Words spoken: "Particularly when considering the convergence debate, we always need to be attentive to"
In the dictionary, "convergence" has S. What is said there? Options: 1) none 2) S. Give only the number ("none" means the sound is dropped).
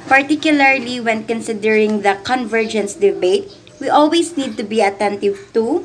2